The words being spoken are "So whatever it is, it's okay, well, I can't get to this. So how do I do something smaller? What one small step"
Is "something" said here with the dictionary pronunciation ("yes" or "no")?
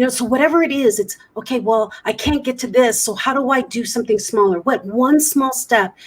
yes